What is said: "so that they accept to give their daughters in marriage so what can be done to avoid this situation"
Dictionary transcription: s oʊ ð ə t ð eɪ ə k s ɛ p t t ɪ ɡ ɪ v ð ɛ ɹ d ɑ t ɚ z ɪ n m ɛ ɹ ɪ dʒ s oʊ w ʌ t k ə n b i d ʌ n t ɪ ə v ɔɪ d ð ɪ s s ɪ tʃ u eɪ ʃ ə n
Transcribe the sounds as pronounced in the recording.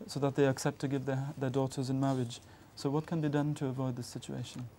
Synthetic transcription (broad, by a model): s oʊ ð ə t ð eɪ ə k s ɛ p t t ɪ ɡ ɪ v ð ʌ ɹ d ɑ t ɚ z ɪ n m ɛ ɹ ɪ dʒ s oʊ w ʌ t k ə n b i d ʌ n t ɪ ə v ɔɪ d ð ɪ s s ɪ tʃ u eɪ ʃ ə n